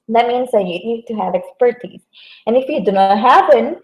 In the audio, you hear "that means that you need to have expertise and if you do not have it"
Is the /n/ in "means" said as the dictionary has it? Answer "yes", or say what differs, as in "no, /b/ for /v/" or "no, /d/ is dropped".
yes